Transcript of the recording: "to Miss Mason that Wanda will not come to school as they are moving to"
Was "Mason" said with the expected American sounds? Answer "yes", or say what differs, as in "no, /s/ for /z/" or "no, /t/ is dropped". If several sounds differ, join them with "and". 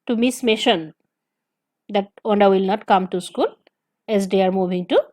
no, /ʃ/ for /s/